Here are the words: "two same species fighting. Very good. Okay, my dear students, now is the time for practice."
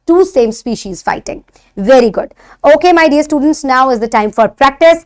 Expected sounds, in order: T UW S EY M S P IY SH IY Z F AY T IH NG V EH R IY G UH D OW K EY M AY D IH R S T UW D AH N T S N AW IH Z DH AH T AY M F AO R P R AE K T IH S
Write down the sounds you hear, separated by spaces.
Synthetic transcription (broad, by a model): T UW S EY M S P IY SH IY Z F AY T IH NG V EH R IY G UH D OW K EY M AY D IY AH S T UW D AH N T S N AW IH Z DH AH T AY M F AO R P R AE K T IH S